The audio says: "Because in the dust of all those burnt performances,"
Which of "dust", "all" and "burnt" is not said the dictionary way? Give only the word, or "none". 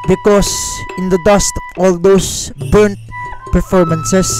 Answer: none